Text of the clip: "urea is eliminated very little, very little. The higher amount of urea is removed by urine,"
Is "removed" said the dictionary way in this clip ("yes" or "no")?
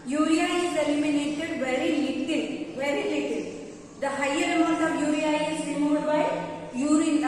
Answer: no